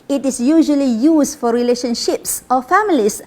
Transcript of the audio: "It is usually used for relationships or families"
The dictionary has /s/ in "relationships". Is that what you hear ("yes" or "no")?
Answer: yes